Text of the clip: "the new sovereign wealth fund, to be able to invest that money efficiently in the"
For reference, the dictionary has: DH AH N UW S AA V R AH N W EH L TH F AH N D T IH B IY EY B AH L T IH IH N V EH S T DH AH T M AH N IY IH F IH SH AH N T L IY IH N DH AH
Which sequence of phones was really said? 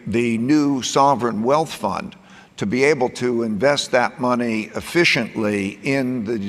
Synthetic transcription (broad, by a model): DH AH N UW S AA V R AH N W EH L TH F AH N T IH B IY EY B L T IH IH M V EH S T DH AH T M AH N IY IH F IH SH AH N T L IY IH N DH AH